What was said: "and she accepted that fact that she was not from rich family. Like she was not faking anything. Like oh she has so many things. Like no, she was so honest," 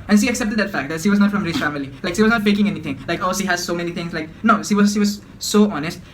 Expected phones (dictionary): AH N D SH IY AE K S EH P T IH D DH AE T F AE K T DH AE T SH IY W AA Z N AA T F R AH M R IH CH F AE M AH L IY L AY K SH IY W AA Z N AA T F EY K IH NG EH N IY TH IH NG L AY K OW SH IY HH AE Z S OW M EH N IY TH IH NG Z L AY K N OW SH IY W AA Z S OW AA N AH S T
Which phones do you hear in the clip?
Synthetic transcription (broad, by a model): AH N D SH IY AE K S EH P T IH D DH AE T F AE K T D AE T SH IY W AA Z N AA T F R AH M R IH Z F AE M AH L IY L AY K SH IY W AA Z N AA T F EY K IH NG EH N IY T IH NG L AY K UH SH IY HH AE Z S OW M EH N IY T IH NG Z L AY K N OW SH IY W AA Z S OW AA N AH S T